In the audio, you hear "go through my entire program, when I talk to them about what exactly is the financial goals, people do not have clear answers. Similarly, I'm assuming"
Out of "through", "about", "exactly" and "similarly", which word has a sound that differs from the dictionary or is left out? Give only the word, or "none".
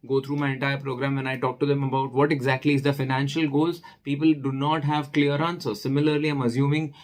through